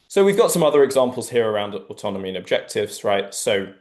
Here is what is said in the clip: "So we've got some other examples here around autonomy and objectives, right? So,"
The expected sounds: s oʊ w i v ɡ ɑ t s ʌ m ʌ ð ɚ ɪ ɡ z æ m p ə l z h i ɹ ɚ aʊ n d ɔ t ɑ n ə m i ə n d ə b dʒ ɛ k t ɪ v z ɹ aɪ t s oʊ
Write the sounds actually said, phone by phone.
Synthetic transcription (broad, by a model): s oʊ w i v ɡ ɑ t s ʌ m ʌ ð ɚ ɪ ɡ z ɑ m p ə l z h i ɹ ɚ aʊ n d ɔ t ɑ n ə m i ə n ə b dʒ ɛ k t ɪ v z ɹ aɪ t s oʊ